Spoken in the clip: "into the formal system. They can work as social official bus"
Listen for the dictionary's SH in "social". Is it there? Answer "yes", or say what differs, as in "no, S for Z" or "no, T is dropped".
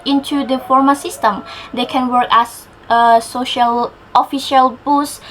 yes